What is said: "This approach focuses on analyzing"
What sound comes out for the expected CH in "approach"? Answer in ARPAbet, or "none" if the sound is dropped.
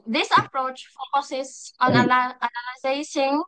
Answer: CH